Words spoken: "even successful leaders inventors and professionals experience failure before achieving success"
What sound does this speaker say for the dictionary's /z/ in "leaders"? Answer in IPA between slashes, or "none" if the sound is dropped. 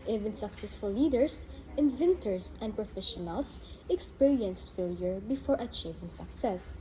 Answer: /s/